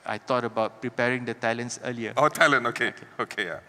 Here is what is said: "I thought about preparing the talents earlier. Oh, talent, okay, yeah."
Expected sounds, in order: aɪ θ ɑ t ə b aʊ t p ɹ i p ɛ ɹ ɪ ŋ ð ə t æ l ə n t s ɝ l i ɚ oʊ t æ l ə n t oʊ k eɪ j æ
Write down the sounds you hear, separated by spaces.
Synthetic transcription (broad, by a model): aɪ t ɑ t ə b aʊ t p ɹ i p ɛ ɹ ɪ ŋ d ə t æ l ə n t s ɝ l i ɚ oʊ t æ l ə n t oʊ k eɪ j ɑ